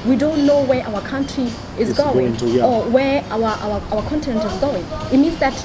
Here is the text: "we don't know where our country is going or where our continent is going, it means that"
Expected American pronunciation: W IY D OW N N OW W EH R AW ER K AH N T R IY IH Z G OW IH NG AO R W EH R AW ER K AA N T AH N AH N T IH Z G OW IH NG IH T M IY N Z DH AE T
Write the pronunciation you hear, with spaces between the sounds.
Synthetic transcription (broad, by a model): W IY D OW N N OW W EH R AW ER K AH N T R IY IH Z G OW IH NG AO W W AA W AW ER K AA N T AH N AH N T IH Z G OW IH NG IH T M IY N Z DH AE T